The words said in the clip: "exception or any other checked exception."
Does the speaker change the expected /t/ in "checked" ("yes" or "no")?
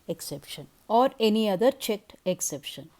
no